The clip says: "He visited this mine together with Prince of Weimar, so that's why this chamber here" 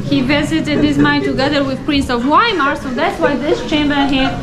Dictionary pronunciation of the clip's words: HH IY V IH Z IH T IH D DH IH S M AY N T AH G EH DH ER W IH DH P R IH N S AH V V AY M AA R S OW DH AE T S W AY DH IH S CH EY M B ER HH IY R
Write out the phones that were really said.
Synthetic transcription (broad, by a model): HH IY V IH Z IH T IH D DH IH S M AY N T AH G EH DH ER W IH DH P R IH N S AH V W AY M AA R S OW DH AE T S W AY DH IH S CH EY M B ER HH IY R